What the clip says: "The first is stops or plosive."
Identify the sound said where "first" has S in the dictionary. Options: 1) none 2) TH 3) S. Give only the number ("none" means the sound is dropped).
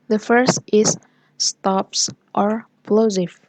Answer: 3